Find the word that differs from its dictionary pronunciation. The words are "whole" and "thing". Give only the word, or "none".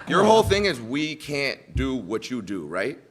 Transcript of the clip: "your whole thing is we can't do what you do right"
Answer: none